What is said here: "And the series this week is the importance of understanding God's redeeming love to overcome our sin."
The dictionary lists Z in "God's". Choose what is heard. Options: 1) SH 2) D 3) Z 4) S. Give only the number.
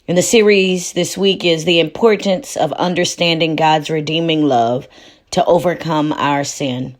3